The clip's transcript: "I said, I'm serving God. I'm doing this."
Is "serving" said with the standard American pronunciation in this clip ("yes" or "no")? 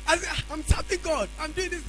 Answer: no